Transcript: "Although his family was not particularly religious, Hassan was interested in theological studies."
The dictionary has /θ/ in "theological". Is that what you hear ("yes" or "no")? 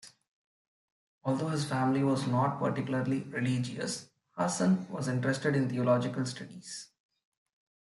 no